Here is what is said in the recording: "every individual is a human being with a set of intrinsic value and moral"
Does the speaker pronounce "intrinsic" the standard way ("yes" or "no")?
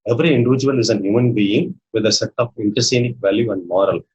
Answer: no